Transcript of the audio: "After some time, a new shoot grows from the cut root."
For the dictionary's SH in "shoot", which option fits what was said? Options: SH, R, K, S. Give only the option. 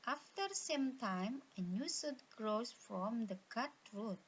S